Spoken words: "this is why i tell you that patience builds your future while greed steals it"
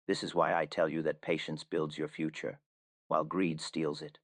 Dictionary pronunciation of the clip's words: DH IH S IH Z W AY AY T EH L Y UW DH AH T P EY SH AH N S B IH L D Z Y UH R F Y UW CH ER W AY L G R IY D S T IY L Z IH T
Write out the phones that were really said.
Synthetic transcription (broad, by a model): DH IH S IH Z W AY AY T EH L Y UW DH AH T P EY SH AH N S B IH L D Z Y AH R F Y UW CH ER W AY L G R IY D S T IY L Z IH T